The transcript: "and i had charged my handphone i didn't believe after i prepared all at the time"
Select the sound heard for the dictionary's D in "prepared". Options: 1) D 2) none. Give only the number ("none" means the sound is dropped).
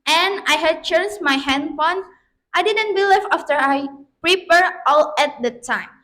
2